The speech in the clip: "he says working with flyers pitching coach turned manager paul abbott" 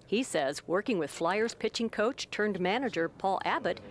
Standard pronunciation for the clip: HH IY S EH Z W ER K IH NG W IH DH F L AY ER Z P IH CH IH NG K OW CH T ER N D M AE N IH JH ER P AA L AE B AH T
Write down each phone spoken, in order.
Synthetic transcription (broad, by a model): HH IY S EH Z W ER K IH NG W IH DH F L AY ER Z P IH CH IH NG K OW CH T ER N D M AE N IH JH ER P AA L AE B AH T